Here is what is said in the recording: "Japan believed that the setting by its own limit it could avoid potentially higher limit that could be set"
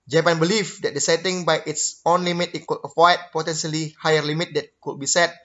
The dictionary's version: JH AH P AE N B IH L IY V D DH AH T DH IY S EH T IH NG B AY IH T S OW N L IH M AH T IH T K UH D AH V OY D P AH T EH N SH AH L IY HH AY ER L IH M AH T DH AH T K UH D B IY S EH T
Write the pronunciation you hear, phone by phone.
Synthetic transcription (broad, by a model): JH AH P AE N B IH L IY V D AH T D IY S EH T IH NG B AY IH T S OW N L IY M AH T IH T K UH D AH F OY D P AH T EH N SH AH L IY HH AY ER L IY M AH T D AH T K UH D B IY S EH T